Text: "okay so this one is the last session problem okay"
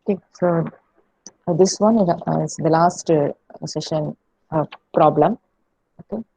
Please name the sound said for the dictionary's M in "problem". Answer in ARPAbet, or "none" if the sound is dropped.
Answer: M